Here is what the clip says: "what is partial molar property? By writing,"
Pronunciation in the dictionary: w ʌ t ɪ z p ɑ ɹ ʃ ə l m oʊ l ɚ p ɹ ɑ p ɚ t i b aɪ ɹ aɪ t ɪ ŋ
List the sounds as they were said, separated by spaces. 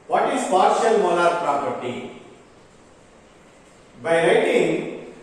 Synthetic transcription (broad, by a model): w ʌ t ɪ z p ɑ ɹ ʃ ə l m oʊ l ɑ p ɹ ɑ p ɚ t i b aɪ ɹ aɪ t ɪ ŋ